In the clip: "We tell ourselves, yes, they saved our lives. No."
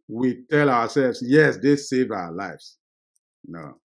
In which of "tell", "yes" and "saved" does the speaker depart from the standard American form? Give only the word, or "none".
saved